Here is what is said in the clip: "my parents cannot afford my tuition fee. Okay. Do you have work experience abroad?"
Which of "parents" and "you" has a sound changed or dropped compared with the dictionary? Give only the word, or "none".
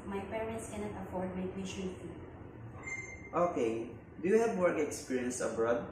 none